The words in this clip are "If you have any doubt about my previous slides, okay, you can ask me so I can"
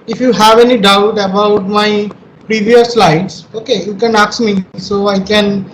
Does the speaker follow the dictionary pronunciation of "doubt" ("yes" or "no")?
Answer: yes